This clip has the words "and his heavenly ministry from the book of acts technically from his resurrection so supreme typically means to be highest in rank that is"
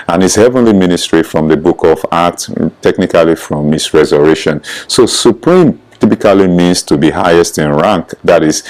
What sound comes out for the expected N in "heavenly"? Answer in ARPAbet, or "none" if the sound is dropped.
N